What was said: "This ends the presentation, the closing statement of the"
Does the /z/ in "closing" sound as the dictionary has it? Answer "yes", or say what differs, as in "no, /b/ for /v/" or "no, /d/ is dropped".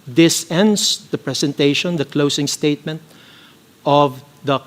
no, /s/ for /z/